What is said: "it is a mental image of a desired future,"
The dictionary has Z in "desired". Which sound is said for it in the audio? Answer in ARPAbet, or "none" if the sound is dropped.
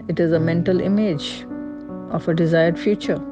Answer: Z